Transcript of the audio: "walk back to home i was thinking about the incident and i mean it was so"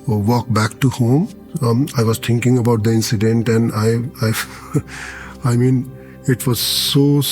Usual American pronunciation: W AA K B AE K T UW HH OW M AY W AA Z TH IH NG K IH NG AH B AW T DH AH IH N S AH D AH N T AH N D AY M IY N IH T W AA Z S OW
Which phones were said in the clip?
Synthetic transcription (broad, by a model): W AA K B AE K T UW HH OW M AY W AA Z T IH NG K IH NG AH B AW T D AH IH N S AH D AH N T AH N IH AY M IY N IH T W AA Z S OW